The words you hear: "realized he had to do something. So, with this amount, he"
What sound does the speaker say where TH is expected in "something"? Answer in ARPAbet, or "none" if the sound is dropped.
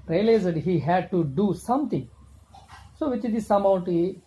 T